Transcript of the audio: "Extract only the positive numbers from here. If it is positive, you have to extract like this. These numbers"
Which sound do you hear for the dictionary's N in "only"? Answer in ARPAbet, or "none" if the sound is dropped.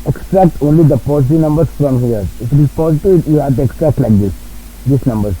N